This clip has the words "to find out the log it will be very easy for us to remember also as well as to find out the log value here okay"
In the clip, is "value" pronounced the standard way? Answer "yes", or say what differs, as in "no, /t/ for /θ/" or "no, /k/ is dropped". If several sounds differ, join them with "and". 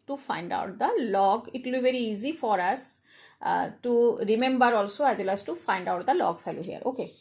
no, /f/ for /v/